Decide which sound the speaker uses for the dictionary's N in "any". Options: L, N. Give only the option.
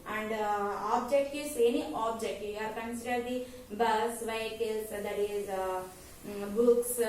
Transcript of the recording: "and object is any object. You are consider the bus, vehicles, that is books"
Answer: N